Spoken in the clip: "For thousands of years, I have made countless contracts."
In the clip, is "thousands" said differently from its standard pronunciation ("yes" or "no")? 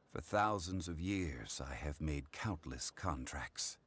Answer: no